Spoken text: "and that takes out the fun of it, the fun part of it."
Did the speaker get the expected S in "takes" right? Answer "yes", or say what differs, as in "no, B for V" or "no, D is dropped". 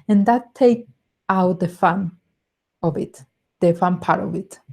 no, S is dropped